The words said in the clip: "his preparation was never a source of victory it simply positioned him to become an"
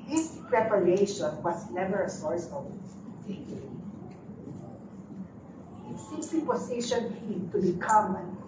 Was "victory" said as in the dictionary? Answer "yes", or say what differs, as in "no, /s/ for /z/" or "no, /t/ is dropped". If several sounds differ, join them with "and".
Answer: no, /k/ is dropped